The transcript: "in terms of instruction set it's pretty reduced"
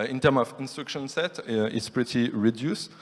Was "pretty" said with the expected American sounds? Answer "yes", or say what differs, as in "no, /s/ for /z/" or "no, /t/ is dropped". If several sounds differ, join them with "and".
yes